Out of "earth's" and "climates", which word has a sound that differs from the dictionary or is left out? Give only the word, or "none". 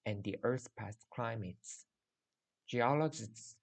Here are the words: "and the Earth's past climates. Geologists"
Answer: earth's